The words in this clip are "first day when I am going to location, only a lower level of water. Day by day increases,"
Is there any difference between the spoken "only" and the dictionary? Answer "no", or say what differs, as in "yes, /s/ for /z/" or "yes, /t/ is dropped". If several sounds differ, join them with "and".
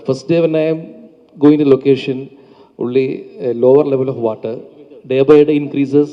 yes, /n/ is dropped